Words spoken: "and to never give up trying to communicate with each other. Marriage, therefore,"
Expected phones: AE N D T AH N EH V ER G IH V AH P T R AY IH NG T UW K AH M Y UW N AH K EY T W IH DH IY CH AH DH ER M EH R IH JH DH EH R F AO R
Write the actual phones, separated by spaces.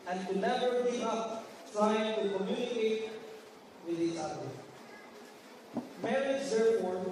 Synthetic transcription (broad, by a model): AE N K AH N EH V ER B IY AH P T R AY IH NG T UW K AH M Y UW N AH K EY T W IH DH IY CH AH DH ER M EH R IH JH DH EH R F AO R